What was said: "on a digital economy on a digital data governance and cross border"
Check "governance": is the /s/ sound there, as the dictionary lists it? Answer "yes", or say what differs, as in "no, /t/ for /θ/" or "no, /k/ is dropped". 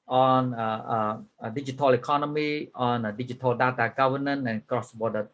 no, /s/ is dropped